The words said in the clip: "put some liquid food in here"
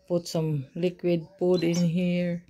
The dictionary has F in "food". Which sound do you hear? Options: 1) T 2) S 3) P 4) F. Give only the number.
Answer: 3